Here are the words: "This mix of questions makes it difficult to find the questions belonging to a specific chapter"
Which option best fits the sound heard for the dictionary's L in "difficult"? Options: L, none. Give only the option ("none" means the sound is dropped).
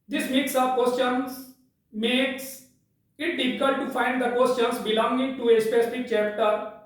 none